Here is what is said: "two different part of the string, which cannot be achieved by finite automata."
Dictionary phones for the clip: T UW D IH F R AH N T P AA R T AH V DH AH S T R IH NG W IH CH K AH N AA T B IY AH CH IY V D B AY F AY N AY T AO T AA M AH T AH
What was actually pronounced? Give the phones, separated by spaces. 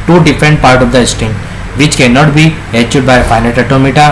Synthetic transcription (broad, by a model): T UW D IH F R AH N T P AA R T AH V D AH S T IH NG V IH CH K AH N AA T B IY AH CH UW D B AY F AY N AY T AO T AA M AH T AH